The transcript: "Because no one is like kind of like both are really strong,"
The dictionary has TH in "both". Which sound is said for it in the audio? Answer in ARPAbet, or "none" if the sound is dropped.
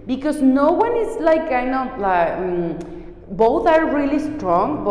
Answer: T